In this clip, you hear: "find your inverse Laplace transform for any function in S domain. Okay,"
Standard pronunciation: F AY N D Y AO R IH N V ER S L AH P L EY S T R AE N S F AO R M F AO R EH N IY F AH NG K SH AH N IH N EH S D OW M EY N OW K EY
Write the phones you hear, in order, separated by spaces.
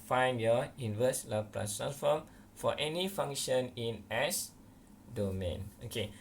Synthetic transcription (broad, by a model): F AY N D Y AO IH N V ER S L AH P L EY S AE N F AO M F AO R EH N IY F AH NG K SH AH N IH N EH S D OW M EY N OW K EY